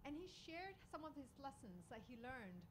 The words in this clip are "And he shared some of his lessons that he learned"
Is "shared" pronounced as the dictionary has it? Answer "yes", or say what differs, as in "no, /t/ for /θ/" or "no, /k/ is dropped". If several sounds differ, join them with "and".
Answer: yes